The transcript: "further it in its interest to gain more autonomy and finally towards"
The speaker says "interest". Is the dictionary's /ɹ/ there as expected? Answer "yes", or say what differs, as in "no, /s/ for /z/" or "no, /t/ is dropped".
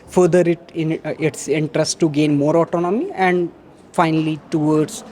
yes